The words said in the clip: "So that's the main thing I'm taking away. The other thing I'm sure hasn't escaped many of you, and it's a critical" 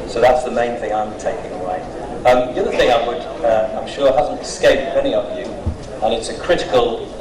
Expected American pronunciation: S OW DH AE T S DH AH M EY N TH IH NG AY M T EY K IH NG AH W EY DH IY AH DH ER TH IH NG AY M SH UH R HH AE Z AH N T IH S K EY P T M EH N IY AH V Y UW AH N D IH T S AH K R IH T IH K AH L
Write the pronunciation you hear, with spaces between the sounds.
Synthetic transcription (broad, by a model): S OW DH AE T S DH AH M EY N TH IH NG AY M T EY K IH NG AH W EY DH IY AH DH ER TH IH NG AY M SH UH R HH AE Z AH N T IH S K EY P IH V EH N IY AH V Y UW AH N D IH T S AH K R IH T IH K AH L